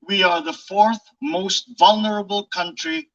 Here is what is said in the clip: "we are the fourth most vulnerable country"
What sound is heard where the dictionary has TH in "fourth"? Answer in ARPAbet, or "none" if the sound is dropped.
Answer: TH